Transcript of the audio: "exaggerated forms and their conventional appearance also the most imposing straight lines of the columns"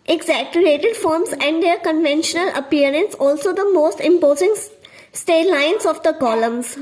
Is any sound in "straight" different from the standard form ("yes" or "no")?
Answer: yes